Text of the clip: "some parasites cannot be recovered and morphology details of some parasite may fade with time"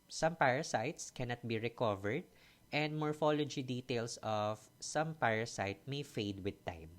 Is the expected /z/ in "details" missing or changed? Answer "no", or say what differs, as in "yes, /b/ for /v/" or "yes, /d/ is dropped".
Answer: yes, /s/ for /z/